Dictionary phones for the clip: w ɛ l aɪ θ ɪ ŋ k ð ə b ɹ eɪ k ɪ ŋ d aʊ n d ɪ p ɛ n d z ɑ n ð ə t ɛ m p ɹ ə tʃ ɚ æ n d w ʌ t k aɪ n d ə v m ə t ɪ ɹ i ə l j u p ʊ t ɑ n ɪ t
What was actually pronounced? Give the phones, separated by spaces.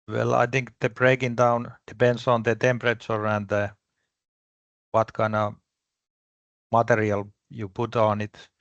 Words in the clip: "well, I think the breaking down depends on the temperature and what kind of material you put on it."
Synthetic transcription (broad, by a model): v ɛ l aɪ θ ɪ ŋ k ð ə b ɹ eɪ k ɪ ŋ d aʊ n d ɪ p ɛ n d s ɑ n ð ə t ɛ m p ɹ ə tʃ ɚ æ n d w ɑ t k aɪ n ə m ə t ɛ ɹ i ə l j u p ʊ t ɑ n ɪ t